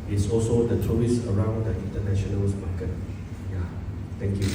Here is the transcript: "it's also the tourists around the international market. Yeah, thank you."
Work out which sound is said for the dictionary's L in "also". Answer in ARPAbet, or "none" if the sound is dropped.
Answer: L